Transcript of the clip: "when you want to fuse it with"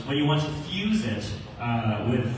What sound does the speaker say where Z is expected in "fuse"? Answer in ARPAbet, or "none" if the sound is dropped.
Z